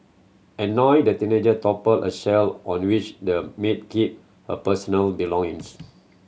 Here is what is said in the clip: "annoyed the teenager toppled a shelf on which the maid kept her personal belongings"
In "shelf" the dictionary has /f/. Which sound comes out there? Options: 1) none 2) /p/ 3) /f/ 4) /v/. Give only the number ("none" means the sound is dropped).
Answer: 1